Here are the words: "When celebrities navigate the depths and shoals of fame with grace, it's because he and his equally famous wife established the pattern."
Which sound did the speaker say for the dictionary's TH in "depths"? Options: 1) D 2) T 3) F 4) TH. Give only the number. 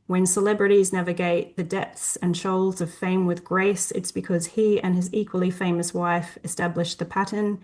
4